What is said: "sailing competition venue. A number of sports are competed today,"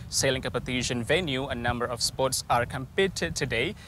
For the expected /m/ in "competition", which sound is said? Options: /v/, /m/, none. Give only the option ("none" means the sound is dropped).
none